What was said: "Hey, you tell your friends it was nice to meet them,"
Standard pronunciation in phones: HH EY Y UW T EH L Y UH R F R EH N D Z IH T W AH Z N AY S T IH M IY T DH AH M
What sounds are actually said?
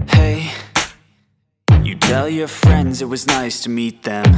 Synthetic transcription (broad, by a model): HH EY Y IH T EH L Y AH R F R EH N D Z IH T W AH Z N AY S T IH M IY T DH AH M